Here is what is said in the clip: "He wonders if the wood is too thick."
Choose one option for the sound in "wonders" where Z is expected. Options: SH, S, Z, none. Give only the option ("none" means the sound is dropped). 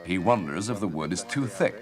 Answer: Z